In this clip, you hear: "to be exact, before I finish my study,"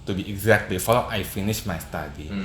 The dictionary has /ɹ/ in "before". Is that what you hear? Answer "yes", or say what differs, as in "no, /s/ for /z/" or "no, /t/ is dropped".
no, /l/ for /ɹ/